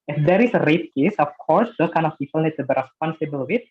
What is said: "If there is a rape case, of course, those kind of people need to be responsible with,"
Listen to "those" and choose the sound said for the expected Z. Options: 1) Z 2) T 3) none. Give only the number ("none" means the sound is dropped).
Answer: 3